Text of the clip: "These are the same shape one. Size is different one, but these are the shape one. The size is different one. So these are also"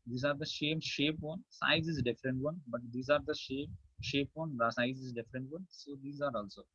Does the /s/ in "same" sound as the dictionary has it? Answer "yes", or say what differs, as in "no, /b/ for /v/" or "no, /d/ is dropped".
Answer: no, /ʃ/ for /s/